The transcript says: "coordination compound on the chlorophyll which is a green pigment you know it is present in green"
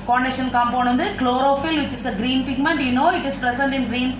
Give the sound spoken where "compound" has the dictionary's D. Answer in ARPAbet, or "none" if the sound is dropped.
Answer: none